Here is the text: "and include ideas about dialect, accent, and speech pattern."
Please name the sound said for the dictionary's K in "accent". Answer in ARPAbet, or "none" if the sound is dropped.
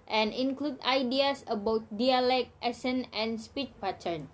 none